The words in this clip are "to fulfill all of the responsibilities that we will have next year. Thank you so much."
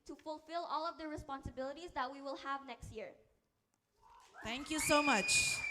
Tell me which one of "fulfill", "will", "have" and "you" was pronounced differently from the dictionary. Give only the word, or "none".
none